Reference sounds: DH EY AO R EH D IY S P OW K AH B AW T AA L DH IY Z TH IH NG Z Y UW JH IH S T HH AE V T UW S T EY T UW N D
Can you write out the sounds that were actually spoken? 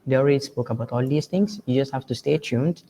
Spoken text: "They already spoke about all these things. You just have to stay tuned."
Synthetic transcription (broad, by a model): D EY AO R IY S P OW K AH B AW T AA L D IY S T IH NG S Y UW JH IH S T HH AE F T UW S T EY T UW N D